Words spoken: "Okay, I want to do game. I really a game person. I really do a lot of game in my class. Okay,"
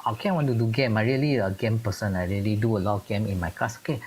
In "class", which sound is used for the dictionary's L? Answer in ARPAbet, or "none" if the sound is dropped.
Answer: none